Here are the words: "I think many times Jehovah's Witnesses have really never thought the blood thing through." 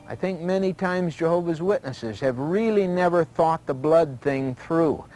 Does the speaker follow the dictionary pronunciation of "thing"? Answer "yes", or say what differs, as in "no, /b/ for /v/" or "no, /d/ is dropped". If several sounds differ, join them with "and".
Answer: yes